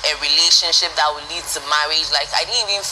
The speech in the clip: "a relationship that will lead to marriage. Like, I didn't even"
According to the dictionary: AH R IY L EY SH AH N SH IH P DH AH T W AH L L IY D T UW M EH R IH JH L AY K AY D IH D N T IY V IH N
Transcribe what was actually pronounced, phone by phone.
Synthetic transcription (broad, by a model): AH R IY L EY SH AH N SH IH P DH AH T W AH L L IY D T UW M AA W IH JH L AY K AY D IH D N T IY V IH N